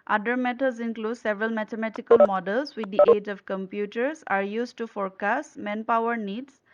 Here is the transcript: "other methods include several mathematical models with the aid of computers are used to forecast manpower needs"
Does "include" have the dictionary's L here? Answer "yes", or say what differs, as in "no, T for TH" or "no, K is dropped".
yes